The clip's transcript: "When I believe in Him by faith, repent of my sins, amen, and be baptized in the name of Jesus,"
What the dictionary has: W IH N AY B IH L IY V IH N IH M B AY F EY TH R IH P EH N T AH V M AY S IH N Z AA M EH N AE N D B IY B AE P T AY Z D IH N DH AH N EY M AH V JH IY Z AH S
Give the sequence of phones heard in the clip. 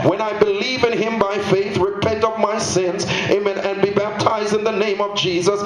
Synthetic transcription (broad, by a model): W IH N AY B IH L IY V IH N IH M B AY F EY TH R IH P EH N T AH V M AY S IH N Z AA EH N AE N B IY B AE P T AY Z D IH N DH AH N EY M AH V JH IY Z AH S